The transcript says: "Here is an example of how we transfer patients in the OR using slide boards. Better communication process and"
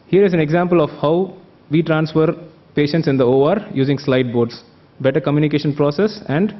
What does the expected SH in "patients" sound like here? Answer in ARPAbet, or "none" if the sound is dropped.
SH